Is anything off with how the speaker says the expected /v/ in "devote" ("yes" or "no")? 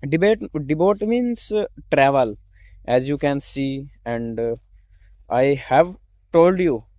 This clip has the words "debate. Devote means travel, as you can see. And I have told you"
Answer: yes